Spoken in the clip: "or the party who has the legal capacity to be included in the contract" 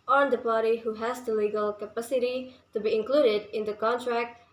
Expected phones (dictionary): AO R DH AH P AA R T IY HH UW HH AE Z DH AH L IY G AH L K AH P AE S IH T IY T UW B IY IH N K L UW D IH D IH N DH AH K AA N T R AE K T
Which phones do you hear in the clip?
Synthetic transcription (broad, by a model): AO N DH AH P AA R T IY HH UW HH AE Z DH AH L IY G AH L K AH P AE S IH T IY T UW B IY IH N K L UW D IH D IH N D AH K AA N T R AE K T